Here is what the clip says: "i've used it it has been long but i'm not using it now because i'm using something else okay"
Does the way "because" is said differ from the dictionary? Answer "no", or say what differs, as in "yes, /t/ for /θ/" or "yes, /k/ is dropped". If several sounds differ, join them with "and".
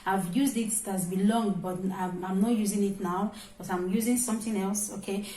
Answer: yes, /z/ is dropped